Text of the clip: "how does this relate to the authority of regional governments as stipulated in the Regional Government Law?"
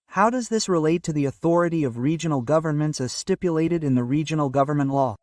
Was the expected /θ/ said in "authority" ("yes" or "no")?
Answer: yes